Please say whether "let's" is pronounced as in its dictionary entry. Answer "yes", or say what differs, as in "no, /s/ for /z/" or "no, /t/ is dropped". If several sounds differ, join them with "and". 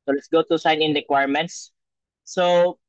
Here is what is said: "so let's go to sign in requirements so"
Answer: yes